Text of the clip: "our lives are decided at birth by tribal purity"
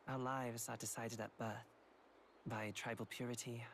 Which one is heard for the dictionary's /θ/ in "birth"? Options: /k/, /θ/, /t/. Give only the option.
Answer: /θ/